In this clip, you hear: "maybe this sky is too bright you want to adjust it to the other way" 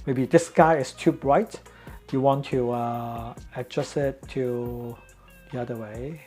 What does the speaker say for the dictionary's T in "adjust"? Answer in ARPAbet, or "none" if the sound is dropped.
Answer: none